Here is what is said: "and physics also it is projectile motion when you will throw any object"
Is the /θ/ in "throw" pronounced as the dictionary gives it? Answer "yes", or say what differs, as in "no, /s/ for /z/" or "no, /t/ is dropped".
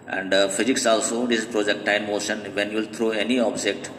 no, /t/ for /θ/